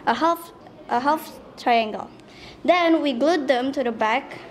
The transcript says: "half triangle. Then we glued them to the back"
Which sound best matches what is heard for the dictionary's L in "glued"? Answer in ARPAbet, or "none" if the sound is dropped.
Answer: L